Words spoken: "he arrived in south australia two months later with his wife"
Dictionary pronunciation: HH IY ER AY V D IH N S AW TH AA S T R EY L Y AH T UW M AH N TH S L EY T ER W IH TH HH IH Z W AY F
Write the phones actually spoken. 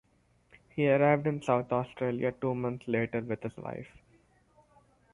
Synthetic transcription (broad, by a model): HH IY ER AY V D IH N S AW T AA S T R EY L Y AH T UW M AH N T S L EY T ER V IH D HH IH Z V AY F